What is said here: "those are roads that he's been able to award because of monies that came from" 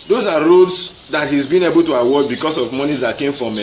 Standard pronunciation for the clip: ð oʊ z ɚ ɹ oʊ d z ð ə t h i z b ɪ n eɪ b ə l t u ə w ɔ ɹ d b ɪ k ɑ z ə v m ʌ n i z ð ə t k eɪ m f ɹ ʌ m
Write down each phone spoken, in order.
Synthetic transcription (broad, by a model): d oʊ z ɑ ɹ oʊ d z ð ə t h i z b ɪ n eɪ b ə l t u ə w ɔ b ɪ k ɑ s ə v m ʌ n i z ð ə t k eɪ m f ɹ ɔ m